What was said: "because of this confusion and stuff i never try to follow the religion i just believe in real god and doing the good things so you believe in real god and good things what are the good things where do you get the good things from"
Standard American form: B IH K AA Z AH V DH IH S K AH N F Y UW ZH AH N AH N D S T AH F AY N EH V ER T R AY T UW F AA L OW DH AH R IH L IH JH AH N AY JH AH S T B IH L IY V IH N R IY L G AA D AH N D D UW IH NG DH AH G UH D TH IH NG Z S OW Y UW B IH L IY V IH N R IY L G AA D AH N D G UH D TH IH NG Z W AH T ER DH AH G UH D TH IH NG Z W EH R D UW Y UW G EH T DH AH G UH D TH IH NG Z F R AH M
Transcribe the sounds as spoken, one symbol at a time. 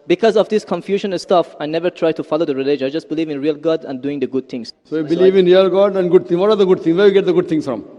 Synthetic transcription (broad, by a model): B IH K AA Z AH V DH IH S K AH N F Y UW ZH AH N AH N S T AH F AY N EH V ER T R AY T UW F AA L OW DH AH R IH L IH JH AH IH JH AH S T B IH L IY V IH N R IY L G AA D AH N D D UW IH NG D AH G UH D T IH NG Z S OW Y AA B IH L IY V IH N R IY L G AA D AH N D G UH D T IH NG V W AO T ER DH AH G UH D T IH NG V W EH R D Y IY G EH T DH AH G UH D T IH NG S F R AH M